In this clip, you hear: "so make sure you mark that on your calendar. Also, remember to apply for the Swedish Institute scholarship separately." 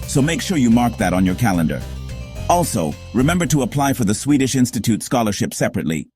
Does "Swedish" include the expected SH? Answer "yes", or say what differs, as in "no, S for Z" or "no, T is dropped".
yes